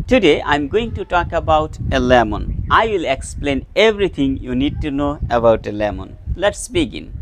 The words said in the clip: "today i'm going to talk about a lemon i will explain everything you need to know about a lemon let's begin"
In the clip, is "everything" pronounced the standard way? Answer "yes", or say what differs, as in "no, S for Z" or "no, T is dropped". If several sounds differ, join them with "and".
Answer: no, T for TH